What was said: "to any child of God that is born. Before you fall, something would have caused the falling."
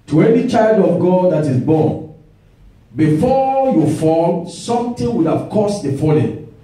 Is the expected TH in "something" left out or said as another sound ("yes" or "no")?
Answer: yes